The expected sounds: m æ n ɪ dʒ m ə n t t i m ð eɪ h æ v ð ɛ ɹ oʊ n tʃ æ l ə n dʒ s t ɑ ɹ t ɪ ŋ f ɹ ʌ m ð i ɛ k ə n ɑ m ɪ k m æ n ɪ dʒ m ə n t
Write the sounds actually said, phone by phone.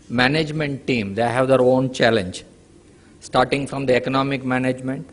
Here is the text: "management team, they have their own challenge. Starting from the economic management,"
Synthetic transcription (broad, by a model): m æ n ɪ dʒ m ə n t t i m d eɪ h æ v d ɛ ɹ oʊ n tʃ æ l ə n dʒ s t ɑ ɹ t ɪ ŋ f ɹ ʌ m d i ɛ k ə n ɑ m ɪ k m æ n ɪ dʒ m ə n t